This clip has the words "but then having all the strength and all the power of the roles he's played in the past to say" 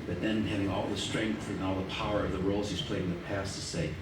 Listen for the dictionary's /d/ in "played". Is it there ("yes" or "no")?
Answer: no